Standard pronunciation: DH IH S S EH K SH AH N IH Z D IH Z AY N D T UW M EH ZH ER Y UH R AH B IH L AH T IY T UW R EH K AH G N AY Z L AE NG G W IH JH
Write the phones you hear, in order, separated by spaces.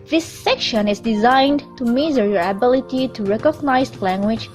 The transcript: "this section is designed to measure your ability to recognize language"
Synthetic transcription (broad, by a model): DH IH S S EH K SH AH N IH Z D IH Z AY N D T UW M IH Z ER R AH B IH L AH T IY T UW R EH K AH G N AY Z L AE NG G W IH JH